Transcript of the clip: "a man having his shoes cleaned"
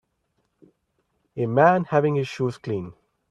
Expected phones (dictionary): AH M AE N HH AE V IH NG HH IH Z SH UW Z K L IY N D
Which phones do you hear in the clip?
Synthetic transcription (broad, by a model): AH M AE N HH AE V IH NG HH IH Z SH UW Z K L IY N